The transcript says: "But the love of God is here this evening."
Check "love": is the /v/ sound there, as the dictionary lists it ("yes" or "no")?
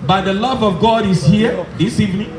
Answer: yes